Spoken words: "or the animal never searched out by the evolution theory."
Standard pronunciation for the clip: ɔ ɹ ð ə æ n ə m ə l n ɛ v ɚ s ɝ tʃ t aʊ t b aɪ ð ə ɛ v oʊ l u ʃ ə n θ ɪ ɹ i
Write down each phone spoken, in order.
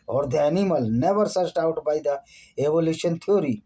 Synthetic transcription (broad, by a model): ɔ ɹ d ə n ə m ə l n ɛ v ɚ s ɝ s t aʊ t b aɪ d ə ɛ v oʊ l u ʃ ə n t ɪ ɹ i